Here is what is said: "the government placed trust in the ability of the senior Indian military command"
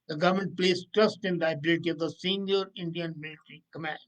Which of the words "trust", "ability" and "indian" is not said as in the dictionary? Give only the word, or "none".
none